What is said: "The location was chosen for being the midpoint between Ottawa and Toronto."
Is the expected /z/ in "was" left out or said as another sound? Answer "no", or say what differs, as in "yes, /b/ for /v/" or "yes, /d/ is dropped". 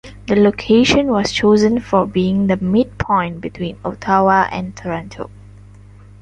yes, /s/ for /z/